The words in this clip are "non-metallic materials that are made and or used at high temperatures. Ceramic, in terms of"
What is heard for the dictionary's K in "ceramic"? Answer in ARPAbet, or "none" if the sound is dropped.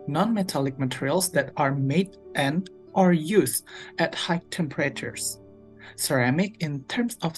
K